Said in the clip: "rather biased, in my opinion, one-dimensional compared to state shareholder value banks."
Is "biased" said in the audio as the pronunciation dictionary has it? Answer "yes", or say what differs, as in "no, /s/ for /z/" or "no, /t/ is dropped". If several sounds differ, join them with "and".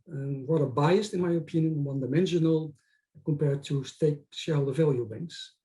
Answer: yes